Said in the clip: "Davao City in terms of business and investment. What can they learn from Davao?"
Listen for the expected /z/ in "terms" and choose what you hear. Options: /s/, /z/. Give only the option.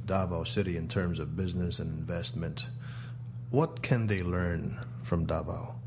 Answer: /z/